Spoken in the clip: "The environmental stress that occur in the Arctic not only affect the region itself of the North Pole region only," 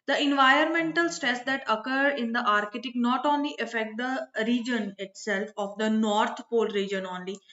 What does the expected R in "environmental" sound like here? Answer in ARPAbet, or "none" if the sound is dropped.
R